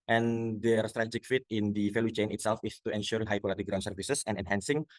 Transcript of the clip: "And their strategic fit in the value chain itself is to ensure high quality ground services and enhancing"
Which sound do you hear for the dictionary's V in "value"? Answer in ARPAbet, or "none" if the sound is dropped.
F